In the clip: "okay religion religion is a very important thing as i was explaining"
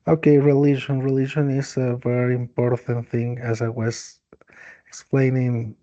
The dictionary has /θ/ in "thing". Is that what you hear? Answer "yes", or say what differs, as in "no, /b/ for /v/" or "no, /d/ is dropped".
yes